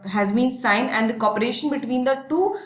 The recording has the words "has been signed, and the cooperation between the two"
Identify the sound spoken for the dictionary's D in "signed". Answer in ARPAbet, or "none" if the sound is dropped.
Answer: none